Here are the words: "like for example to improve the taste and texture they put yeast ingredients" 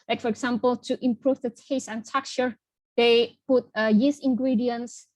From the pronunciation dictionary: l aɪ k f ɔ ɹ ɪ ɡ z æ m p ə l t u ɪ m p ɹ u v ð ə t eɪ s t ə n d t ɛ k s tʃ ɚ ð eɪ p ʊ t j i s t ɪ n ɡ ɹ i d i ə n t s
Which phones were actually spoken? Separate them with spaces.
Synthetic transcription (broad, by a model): l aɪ k f ɔ ɹ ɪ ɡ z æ m p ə l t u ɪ m p ɹ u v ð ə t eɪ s ə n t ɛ k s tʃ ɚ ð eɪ p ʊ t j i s ɪ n ɡ ɹ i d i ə n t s